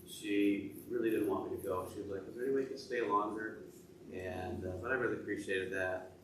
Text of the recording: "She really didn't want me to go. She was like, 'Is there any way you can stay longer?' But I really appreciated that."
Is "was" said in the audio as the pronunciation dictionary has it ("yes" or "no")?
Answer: yes